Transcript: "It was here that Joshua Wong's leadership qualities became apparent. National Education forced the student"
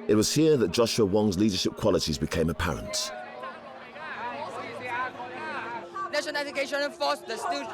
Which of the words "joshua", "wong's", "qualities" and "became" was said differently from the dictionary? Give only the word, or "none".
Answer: none